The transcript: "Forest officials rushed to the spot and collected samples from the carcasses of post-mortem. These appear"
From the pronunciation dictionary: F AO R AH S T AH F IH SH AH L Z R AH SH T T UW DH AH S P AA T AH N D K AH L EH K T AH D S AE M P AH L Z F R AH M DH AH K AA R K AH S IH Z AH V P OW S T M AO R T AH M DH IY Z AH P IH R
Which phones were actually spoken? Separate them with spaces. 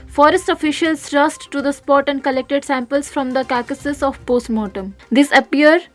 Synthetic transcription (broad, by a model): F AO R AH S T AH F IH SH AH L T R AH S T T UW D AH S P AA T AH N D K AH L EH K T AH D S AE M P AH L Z F R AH M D AH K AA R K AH S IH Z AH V P OW S T M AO T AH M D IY S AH P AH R